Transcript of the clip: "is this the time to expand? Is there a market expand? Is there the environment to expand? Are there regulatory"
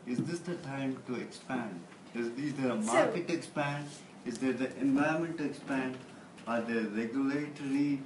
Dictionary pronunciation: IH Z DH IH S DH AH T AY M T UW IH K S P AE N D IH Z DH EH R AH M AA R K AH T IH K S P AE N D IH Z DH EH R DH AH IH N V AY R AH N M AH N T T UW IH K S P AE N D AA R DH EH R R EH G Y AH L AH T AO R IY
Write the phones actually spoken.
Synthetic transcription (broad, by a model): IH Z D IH S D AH T AY M T UW IH K S P AE N D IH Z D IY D AH M AA R K AH T IH K S P AE N D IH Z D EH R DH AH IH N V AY AH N M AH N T T UW IH K S P AE N D AA R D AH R R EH G Y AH L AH T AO R IY